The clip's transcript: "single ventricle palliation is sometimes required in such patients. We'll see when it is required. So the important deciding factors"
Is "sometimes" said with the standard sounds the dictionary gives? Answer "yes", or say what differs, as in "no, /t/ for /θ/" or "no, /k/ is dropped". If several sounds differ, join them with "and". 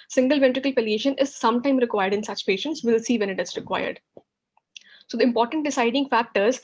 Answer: no, /z/ is dropped